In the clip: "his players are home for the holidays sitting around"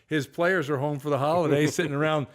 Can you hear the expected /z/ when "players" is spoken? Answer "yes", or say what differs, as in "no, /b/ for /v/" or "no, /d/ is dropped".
yes